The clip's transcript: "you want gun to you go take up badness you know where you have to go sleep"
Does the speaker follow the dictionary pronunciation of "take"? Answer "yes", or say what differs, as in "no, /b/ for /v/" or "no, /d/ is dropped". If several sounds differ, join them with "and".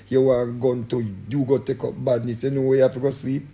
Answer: yes